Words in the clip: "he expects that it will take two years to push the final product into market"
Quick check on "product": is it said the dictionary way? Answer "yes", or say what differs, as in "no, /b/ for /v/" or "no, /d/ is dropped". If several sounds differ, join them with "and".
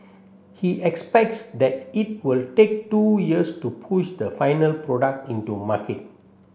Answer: yes